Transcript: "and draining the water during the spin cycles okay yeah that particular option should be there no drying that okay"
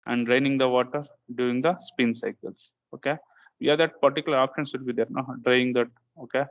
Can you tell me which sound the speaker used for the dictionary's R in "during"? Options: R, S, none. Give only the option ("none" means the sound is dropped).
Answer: none